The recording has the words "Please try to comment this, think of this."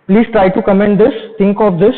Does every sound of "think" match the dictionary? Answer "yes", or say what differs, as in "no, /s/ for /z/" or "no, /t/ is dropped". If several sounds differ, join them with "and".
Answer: no, /t/ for /θ/